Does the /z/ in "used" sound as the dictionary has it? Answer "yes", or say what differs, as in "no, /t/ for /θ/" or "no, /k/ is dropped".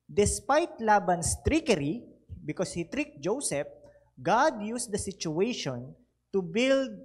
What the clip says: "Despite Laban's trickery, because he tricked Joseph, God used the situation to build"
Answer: no, /s/ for /z/